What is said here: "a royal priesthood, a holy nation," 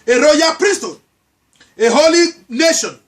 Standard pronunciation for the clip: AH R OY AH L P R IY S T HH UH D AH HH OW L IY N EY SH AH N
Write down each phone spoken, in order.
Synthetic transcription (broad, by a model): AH R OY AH P R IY S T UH AH HH OW L IY N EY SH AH N